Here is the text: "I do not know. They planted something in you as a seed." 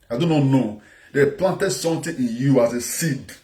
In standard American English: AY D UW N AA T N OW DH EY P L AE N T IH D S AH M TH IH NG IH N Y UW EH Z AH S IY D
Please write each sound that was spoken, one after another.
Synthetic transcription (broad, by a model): AY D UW N AA T N OW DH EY P L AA N T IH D S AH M T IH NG IH N Y UW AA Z AH S IY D